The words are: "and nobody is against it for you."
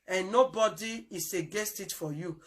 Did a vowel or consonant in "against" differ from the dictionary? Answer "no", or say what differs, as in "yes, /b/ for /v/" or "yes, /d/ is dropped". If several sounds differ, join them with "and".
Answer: yes, /n/ is dropped